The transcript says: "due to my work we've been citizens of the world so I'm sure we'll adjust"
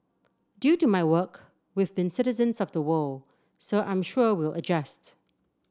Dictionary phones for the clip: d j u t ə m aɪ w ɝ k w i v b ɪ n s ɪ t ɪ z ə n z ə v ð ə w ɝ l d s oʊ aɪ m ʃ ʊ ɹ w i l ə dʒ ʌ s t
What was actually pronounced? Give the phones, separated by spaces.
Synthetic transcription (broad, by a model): d j u t ə m aɪ w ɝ k w i v b ɪ n s ɪ t ɪ z ə n z ə v ð ə w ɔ l s oʊ aɪ m ʃ ʊ ɹ w i l ə dʒ ʌ s t